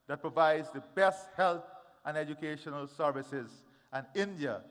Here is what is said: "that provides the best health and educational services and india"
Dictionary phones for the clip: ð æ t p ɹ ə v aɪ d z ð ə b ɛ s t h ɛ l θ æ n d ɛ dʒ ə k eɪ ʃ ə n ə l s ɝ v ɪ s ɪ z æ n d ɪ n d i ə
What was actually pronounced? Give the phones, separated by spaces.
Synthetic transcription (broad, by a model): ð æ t p ɹ ə v aɪ d z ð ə b ɛ s t h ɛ l t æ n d ɛ dʒ ə k eɪ ʃ ə n ə l s ɝ v ɪ s ɪ z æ n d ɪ n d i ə